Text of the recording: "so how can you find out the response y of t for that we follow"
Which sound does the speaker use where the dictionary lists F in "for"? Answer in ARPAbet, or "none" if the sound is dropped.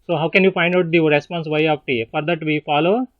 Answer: F